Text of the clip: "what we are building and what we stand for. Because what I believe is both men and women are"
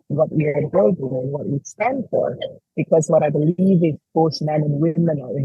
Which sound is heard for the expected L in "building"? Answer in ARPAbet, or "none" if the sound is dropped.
none